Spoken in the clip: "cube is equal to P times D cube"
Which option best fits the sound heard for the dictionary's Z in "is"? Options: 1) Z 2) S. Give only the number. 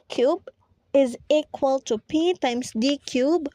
1